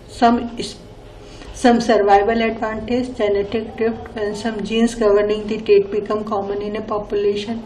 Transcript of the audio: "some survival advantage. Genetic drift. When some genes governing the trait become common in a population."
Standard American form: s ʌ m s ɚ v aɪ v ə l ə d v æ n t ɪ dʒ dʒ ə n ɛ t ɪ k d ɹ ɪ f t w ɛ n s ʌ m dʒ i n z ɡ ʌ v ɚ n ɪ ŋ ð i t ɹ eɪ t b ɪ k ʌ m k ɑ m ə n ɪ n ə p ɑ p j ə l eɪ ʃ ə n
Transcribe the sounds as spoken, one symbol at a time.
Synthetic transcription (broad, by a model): s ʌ m s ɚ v aɪ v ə l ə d v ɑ n t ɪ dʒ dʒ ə n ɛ t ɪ k d ɹ ɪ f t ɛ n s ʌ m dʒ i n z ɡ ʌ v ɚ n ɪ ŋ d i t eɪ t b ɪ k ʌ m k ɑ m ə n ɪ n ə p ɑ p j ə l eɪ ʃ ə n